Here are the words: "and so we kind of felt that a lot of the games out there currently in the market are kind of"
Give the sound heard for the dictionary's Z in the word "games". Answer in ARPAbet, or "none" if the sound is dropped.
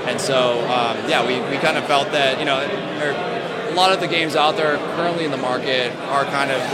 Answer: Z